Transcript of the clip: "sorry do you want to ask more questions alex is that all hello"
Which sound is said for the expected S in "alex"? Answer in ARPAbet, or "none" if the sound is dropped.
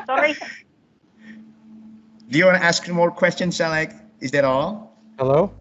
none